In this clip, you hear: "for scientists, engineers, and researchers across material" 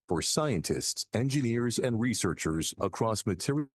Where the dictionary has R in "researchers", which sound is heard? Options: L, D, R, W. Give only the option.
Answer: R